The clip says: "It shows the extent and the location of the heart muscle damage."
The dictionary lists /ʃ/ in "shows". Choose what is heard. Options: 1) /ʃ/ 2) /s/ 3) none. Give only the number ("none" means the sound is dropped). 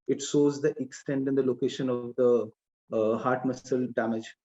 2